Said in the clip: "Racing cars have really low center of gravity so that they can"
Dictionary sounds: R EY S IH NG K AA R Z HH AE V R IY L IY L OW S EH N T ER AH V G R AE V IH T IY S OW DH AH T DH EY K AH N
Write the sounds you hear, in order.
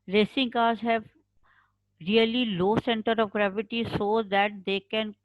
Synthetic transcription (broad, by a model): R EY S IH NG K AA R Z HH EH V R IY L IY L OW S EH N T ER AH V G R AE V IH T IY S OW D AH T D EY K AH N